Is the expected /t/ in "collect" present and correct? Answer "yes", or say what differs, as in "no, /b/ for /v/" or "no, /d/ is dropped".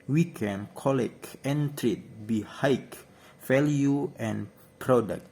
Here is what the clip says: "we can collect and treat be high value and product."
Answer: no, /t/ is dropped